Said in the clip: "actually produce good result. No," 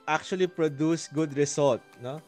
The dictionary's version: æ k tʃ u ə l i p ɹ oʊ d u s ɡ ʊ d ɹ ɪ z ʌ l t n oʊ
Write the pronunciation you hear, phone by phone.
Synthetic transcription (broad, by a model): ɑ k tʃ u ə l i p ɹ oʊ d u s ɡ ʊ d ɹ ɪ s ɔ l t n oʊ